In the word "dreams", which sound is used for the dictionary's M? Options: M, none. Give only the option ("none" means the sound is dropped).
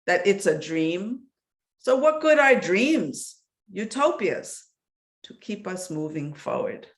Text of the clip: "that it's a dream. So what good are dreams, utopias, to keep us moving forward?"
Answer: M